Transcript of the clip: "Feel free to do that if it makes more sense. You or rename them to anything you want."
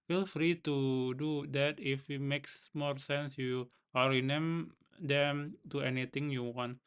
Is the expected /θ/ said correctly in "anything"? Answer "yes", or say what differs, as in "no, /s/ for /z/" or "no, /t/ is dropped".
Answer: no, /t/ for /θ/